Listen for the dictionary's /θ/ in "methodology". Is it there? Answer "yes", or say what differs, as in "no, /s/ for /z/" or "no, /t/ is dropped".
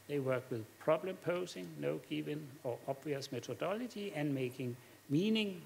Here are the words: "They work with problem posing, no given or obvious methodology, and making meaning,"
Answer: no, /s/ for /θ/